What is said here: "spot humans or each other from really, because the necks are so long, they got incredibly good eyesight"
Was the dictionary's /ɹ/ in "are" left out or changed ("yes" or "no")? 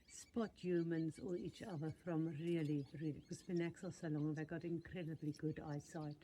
yes